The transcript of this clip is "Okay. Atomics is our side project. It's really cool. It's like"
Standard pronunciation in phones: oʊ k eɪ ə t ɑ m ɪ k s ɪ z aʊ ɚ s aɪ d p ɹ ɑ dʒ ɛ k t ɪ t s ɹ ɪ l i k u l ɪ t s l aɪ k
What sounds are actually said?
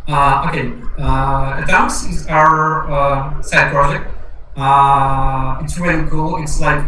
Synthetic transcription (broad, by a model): oʊ k eɪ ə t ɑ ɪ s ɪ z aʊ ɚ s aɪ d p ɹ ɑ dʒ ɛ k t ɪ t s ɹ ɪ l i k u l ɪ t s l aɪ k